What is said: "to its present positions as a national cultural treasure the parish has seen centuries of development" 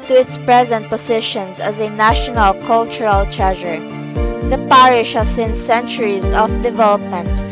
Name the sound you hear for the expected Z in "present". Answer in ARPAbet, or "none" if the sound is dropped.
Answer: Z